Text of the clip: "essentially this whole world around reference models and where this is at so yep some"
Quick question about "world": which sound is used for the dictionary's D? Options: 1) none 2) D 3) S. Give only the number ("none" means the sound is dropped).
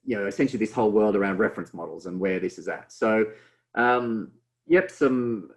2